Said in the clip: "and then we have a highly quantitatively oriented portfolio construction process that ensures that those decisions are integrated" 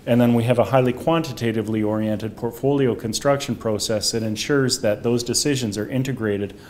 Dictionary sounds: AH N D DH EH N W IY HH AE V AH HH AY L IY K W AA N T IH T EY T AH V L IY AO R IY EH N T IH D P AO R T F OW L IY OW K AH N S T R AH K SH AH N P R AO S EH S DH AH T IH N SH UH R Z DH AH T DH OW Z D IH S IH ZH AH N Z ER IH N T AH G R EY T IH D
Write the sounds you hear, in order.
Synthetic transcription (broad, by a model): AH N DH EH N W IY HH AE V AH HH AY L IY K W AA N T IH T EY T AH V L IY AO R IY EH N T IH D P AO R T F OW L IY OW K AH N S T R AH K SH AH N P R AO S EH S DH AH T IH N SH UH R Z DH AH T DH OW Z D IH S IH ZH AH N Z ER IH N T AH G R EY T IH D